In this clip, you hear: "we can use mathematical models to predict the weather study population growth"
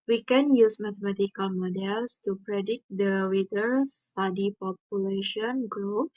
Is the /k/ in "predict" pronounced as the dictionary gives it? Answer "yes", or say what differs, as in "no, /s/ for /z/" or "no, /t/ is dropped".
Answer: no, /k/ is dropped